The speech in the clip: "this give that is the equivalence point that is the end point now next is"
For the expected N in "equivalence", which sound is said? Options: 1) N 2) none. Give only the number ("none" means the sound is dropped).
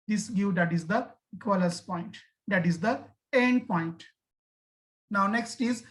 2